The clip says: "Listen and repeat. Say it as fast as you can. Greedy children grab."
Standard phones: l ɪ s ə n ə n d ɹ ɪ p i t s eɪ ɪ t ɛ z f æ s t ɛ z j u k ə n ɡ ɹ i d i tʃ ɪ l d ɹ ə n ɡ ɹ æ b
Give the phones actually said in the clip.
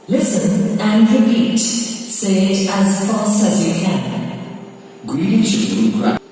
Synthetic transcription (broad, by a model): l ɪ s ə n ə n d ɹ ɪ p i t s eɪ ɪ t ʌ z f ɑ s t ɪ z j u k ə n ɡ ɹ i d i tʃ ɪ d ə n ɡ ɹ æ